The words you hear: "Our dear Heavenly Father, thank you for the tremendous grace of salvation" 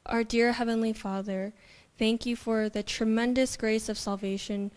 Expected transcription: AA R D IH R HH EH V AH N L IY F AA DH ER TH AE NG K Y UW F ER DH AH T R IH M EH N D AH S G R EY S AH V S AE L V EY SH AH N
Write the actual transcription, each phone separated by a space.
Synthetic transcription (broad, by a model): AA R D IH R HH EH V AH N L IY F AA DH ER TH AE NG K Y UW F ER DH AH T R IH M EH N D AH S G R EY S AH V S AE L V EY SH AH N